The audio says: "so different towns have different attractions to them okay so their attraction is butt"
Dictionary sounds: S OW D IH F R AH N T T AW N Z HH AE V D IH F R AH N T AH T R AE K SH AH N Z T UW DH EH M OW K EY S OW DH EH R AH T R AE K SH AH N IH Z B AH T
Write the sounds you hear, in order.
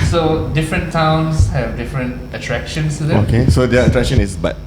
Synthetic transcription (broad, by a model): S OW D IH F R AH N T T AW N S HH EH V D IH F R AH N T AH T R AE K SH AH N S T UW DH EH OW K EY S OW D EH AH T R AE K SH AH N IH S B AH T